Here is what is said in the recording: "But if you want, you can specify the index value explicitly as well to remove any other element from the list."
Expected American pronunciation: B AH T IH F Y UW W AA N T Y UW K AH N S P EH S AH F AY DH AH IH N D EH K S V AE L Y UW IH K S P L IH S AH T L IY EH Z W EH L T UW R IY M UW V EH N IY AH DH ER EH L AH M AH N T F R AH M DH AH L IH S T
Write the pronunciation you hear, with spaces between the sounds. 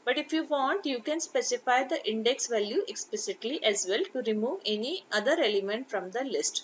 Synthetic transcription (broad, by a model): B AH T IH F Y UW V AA N T Y UW K AH N S P EH S AH F AY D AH IH N D EH K S V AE L Y UW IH K S P L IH S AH T L IY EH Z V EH L T UW R IY M UW V EH N IY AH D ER EH L AH M AH N T F R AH M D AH L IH S T